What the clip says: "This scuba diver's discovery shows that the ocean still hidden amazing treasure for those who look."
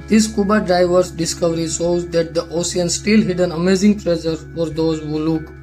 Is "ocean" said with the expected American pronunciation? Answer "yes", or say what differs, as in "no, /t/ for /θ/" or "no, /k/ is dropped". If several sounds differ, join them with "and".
no, /s/ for /ʃ/